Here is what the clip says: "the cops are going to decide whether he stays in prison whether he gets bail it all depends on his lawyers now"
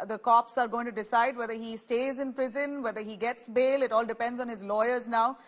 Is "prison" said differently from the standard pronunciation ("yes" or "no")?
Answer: no